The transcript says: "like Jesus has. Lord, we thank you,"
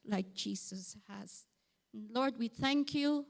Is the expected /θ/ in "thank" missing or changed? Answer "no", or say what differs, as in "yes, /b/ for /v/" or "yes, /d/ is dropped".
no